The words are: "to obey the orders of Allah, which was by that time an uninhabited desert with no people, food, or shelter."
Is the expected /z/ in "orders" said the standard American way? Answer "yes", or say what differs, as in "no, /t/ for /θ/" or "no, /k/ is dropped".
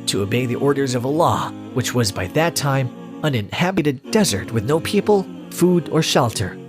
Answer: yes